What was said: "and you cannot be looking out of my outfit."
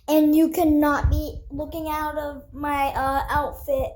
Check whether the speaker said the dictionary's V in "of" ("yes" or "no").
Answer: yes